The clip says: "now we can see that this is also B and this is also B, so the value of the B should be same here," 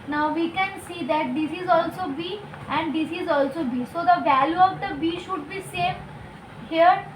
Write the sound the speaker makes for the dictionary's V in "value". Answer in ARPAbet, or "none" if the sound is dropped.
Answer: V